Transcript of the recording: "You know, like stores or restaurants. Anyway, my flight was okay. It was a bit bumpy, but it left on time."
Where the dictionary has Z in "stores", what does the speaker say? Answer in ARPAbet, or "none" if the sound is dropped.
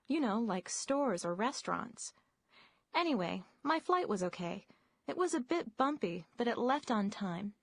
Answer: Z